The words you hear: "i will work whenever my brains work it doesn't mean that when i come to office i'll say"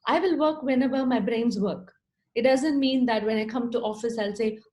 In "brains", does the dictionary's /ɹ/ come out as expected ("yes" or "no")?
yes